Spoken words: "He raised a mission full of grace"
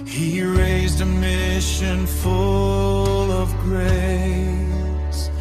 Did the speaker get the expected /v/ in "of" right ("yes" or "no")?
yes